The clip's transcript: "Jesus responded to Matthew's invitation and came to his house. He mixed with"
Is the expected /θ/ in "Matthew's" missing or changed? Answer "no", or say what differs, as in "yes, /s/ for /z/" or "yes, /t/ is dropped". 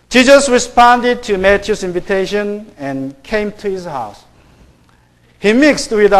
yes, /t/ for /θ/